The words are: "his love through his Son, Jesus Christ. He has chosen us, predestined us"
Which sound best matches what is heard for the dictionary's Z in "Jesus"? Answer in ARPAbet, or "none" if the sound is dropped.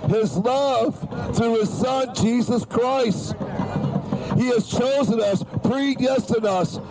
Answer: Z